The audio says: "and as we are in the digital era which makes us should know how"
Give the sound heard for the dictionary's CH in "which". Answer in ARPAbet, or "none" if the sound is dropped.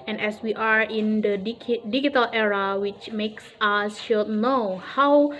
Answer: CH